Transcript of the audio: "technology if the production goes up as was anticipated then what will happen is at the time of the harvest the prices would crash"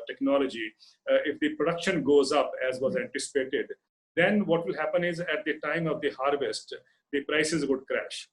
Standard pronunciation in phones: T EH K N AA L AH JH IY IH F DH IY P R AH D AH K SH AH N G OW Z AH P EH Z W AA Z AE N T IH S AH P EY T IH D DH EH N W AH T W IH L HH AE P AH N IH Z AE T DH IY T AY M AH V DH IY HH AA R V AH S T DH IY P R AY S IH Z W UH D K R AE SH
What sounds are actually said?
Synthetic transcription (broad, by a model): T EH K N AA L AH JH IY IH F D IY P R AH D AH K SH AH N G OW Z AH P EH Z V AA Z AE N T IH S AH P EY T IH D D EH N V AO T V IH L HH AE P AH N IH Z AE T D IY T AY M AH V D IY HH AA R V AH S T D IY P R AY S IH Z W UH D K R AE SH